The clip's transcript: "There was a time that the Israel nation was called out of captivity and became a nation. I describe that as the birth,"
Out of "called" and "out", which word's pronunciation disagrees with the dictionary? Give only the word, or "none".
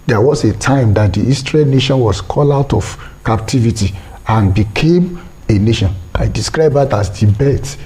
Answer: called